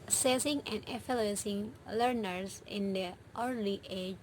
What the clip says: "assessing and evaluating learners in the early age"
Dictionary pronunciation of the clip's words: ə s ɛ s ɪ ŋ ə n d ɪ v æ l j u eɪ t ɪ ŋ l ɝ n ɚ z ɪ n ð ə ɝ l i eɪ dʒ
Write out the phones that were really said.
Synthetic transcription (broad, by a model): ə s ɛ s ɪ ŋ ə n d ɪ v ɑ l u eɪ s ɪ ŋ l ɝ n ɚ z ɪ n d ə ɝ l i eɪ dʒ